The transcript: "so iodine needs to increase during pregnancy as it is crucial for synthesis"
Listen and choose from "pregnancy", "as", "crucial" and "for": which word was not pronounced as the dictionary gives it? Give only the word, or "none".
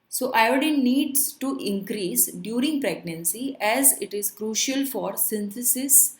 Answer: none